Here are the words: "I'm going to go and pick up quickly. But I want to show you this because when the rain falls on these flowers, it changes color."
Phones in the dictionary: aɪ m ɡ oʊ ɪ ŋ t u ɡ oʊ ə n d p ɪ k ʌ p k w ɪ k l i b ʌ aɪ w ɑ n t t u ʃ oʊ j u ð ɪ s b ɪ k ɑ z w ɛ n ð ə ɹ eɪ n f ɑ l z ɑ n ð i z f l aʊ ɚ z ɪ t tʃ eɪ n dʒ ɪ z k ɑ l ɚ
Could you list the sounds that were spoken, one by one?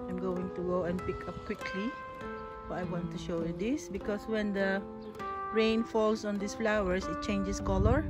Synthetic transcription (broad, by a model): aɪ m ɡ oʊ ɪ ŋ t u ɡ oʊ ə n p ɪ k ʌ p k w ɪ k l i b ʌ aɪ w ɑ n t t u ʃ oʊ j u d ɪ s b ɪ k ɑ s w ɛ n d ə ɹ eɪ n f ɑ l s ɑ n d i s f l aʊ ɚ s ɪ t tʃ eɪ n dʒ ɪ s k ɑ l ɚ